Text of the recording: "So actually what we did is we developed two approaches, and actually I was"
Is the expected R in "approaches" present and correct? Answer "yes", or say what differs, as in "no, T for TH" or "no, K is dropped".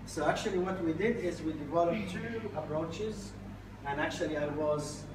yes